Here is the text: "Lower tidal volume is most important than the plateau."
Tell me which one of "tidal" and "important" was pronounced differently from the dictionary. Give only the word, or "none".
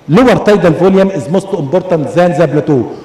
important